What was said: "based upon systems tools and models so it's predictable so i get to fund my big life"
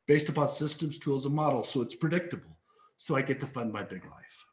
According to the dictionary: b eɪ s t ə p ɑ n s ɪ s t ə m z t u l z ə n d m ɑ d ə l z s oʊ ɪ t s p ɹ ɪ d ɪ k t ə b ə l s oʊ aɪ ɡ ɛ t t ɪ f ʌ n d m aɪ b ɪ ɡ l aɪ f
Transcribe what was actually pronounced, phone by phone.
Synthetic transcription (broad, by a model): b eɪ s t ə p ɑ n s ɪ s t ə m z t u l z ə m ɑ d l s oʊ ɪ t s p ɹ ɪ d ɪ k t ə b l s oʊ aɪ ɡ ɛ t t ɪ f ʌ n d m aɪ b ɪ ɡ l aɪ f